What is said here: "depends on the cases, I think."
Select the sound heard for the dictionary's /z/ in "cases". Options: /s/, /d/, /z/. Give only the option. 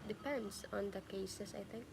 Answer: /s/